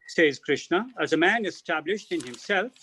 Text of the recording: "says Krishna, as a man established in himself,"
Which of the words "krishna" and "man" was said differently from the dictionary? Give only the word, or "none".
none